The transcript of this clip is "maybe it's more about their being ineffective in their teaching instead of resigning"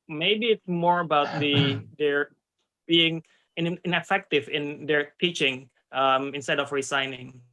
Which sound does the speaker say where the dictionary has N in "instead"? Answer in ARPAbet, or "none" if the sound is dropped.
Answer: N